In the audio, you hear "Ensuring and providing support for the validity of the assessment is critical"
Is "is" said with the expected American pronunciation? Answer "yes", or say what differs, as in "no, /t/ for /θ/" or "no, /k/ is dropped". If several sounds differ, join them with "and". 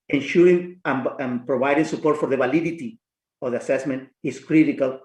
no, /s/ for /z/